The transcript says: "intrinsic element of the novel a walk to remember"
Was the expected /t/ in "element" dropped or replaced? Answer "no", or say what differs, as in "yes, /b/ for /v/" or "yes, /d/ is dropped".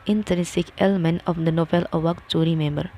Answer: yes, /t/ is dropped